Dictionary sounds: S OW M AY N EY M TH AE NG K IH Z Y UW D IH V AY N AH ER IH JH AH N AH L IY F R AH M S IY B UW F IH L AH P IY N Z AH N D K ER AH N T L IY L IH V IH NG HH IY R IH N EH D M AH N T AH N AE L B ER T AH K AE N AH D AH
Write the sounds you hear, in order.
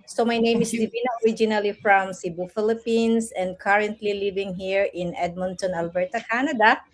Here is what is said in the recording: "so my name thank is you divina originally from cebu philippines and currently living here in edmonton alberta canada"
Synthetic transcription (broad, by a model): S OW M AY N EY M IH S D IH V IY N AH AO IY JH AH N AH L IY F R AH M S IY B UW F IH L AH P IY N S AH N D K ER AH N T L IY L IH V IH NG HH IY R IH N EH D M AH N T AH N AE L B ER T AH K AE N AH D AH